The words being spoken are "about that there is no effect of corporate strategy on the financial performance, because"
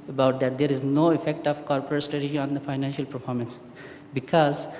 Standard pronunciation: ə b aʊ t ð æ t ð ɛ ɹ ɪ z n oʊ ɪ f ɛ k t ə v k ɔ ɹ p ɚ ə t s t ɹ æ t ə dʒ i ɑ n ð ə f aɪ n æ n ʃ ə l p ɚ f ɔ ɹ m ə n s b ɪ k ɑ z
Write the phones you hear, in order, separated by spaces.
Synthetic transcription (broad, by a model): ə b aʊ t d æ t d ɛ ɹ ɪ z n oʊ ɪ f ɛ k t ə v k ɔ ɹ p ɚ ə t s t ɹ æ t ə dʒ i ɑ n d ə f aɪ n æ n ʃ ə l p ɚ f ɔ ɹ m ə n s b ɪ k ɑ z